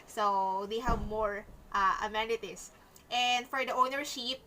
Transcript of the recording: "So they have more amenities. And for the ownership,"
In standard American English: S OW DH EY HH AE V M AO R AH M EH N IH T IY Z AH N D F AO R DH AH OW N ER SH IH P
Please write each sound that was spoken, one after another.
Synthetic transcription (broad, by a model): S OW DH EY HH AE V M AO R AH M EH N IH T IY S AH N D F AO R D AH OW N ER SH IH P